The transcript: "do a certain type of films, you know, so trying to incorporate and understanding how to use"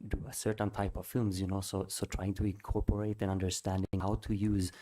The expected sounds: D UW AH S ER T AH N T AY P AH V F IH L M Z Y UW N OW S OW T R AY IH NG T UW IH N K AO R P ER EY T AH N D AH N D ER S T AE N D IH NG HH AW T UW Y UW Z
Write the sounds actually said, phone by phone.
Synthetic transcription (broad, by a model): D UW AH S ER T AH N T AY P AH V F IH L M Z Y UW N OW S OW T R AY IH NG T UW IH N K AO R P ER EY T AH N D AH N D ER S T AE N D IH NG HH AW T UW Y UW Z